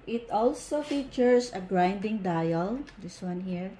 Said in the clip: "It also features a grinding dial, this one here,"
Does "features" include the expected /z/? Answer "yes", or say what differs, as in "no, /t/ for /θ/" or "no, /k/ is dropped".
no, /s/ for /z/